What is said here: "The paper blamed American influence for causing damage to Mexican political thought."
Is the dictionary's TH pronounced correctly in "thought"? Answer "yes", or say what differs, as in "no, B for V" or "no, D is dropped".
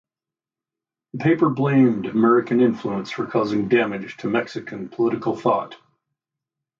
yes